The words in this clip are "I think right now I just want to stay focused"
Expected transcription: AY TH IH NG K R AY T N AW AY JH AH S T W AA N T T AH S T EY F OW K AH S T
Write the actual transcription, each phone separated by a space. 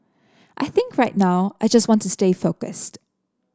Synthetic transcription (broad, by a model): AY TH IH NG K R AY T N AW AY JH AH S T W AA N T T AH S T EY F OW K AH S T